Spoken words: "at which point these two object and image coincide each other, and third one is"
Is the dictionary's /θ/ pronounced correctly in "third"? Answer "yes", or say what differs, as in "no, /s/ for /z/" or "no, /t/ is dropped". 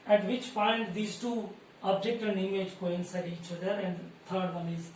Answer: no, /t/ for /θ/